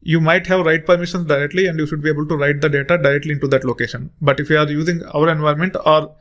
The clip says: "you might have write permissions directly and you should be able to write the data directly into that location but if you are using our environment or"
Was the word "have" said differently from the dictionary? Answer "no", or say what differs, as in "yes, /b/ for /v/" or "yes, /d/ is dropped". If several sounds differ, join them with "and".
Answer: no